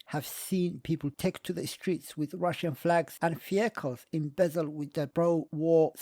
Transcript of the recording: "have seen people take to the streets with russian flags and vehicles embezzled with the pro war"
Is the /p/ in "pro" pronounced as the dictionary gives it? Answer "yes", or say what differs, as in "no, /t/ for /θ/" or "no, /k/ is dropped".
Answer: no, /b/ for /p/